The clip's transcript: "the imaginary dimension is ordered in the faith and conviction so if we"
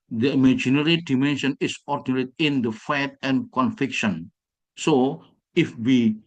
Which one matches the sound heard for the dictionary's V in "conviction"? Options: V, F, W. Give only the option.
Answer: F